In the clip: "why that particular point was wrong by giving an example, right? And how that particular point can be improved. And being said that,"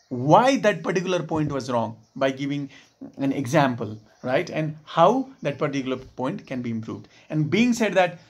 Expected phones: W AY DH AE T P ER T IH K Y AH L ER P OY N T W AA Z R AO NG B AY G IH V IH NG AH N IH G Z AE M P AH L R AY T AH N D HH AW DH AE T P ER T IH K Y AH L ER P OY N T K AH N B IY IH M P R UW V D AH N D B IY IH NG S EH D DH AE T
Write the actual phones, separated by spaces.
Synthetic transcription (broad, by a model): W AY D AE T P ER T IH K Y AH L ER P OY N T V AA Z R AO NG B AY G IH V IH NG AH N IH G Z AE M P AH L R AY T AH N D HH AW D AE T P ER T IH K Y L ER P OY N T K AH N B IY IH M P R UW V D AH N D B IY IH NG S EH D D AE T